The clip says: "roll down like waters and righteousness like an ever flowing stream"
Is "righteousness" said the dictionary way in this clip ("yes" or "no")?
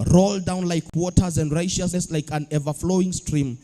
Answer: no